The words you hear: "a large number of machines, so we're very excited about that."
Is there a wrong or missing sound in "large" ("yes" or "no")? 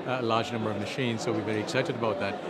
no